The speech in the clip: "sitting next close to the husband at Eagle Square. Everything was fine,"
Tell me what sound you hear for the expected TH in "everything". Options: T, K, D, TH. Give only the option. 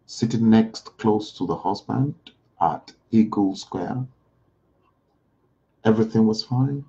TH